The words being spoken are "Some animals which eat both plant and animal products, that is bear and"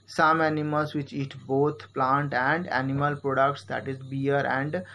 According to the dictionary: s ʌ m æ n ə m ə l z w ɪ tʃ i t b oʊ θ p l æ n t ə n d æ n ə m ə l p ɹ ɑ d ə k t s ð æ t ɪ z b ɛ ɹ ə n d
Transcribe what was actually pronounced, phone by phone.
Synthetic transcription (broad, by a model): s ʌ m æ n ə m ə l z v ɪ tʃ i t b oʊ t p l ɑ n t ə n d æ n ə m ə l p ɹ ɑ d ə k t s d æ t ɪ z b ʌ ɹ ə n d